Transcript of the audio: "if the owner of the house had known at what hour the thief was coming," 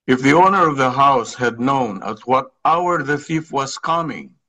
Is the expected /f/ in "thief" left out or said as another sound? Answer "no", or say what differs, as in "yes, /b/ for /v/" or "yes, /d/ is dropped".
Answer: no